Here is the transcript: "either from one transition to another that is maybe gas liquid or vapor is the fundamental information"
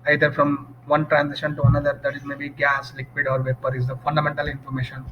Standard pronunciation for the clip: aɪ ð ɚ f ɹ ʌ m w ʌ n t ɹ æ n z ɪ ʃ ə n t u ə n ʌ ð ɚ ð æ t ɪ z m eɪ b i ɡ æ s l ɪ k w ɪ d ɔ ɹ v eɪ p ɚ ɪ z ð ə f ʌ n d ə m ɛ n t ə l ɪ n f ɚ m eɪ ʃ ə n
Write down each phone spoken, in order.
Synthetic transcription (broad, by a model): aɪ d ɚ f ɹ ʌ m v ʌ n t ɹ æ n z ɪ ʃ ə n t u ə n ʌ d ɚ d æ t ɪ z m eɪ b i ɡ æ s l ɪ k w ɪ d ɔ ɹ v eɪ p ɚ ɪ z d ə f ʌ n d ə m ɛ n t ə l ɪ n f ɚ m eɪ ʃ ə n